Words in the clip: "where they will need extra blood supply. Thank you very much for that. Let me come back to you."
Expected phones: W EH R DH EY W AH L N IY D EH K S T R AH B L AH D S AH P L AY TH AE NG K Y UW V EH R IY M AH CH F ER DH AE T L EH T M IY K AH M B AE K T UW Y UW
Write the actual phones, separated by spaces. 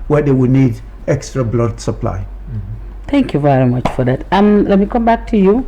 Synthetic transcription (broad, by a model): W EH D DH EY W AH N IY D EH K S T R AH B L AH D S AH P L AY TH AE NG K Y UW V EH R IY M AH CH F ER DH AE T L EH T M IY K AH M B AE K T UW Y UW